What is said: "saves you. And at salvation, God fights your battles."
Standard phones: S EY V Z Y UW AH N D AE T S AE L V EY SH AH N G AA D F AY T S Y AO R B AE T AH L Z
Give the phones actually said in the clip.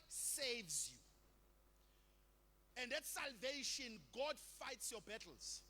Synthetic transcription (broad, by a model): S EY V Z Y UW AH N D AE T S AE L V EY SH AH N G AA D F AY T S Y AO B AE T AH L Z